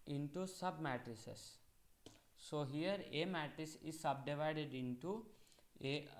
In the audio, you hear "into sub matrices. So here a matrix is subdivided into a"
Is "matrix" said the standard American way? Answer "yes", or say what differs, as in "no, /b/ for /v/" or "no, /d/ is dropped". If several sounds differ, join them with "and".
no, /k/ is dropped